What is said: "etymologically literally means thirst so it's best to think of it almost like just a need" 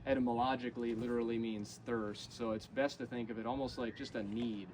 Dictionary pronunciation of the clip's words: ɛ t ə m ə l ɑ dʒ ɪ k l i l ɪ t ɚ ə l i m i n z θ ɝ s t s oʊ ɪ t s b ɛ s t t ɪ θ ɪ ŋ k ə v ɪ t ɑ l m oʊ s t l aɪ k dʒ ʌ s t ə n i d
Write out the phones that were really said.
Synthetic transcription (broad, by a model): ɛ t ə m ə l ɑ dʒ ɪ k l i l ɪ t ɚ l i m i n z θ ɝ s t s oʊ ɪ t s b ɛ s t t ɪ θ ɪ ŋ k ə v ɪ t ɑ l m oʊ s t l aɪ k dʒ ʌ s t ə n i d